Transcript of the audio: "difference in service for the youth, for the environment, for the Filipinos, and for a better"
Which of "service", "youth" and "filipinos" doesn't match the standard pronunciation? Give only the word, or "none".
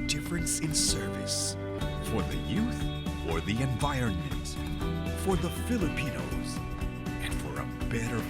none